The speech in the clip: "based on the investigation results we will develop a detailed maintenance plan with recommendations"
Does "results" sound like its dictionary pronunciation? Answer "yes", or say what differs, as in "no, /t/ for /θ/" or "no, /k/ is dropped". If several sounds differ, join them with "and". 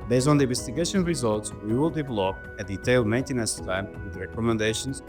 yes